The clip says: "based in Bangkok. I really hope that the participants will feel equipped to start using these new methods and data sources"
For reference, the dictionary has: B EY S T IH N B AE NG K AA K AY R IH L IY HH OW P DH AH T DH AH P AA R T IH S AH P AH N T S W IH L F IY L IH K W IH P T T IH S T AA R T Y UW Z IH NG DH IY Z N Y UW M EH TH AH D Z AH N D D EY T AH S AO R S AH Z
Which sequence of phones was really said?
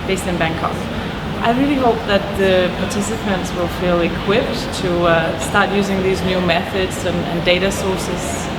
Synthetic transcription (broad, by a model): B EY S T IH N B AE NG K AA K AY R IH L IY HH OW P DH AH T DH AH P AA R T IH S AH P AH N T S W IH L F IY L IH K W IH P T T IH S T AA R T Y UW Z IH NG DH IY Z N Y UW M EH TH AH D Z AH N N D EY T AH S AO R S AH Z